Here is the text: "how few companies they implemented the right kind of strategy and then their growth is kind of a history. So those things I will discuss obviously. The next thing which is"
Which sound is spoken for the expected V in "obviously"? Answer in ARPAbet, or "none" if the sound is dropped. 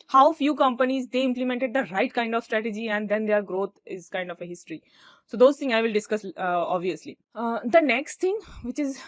V